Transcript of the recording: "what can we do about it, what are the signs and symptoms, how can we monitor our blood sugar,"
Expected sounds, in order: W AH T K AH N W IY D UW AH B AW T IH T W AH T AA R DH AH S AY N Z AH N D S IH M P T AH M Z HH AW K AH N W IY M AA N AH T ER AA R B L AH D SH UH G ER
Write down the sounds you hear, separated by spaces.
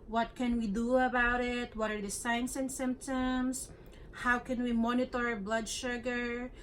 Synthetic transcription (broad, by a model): W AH T K AH N W IY D UW AH B AW T IH T W AH T AA R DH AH S AY N S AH N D S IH M P T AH M S HH AW K AH N W IY M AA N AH T AA R B L AH D SH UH G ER